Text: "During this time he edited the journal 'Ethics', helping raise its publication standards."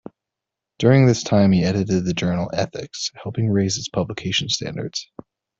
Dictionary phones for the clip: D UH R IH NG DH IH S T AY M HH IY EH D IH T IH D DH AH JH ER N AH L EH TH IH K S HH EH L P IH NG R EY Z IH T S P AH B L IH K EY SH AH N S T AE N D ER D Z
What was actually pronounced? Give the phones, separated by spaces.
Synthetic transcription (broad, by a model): D UH R IH NG DH IH S T AY M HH IY EH D IH T IH D DH AH JH ER N L EH TH IH K S HH EH L P IH NG R EY Z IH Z P AH B L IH K EY SH N S T AE N D ER D Z